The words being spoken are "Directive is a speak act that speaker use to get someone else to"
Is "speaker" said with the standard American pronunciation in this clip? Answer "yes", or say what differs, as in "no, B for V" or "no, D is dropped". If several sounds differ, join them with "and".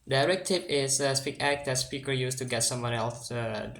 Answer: yes